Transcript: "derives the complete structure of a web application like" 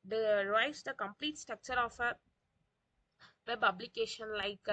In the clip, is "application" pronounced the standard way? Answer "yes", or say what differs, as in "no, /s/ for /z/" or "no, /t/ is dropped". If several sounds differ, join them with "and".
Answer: no, /b/ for /p/